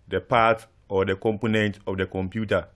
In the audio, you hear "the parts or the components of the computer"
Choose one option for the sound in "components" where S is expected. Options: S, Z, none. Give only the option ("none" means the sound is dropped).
none